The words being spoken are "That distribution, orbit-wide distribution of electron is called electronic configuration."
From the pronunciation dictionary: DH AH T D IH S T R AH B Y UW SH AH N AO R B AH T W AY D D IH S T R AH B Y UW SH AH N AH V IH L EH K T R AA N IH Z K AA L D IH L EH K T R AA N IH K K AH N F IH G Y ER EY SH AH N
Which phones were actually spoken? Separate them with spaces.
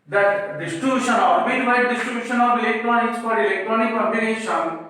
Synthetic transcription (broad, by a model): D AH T D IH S T R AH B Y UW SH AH N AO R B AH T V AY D D IH S T R AH B Y UW SH AH N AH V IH L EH K T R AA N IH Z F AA D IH L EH K T R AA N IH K K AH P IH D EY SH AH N